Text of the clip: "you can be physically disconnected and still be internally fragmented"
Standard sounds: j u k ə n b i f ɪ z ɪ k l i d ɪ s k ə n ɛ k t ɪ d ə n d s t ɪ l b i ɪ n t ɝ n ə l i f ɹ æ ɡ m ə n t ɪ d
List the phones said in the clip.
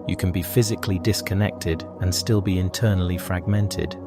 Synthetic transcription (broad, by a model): j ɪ k ə n b i f ɪ z ɪ k l i d ɪ s k ə n ɛ k t ɪ d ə n s t ɪ l b i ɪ n t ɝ n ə l i f ɹ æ ɡ m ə n t ɪ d